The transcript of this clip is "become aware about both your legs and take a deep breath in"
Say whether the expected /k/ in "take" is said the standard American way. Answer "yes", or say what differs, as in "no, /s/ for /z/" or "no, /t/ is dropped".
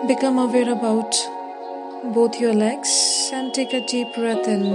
yes